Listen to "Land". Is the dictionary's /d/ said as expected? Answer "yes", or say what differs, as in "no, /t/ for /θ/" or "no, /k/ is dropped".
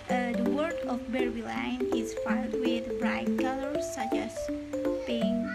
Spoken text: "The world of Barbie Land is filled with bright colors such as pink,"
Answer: no, /d/ is dropped